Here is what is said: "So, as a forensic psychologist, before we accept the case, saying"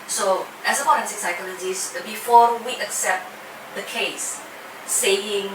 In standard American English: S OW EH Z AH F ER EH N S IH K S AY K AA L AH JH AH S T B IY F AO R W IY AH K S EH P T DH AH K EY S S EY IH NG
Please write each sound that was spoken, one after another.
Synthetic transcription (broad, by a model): S OW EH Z AH P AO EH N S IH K S AY K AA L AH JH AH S B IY F AO W IY AH K S EH P T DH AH K EY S S EY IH NG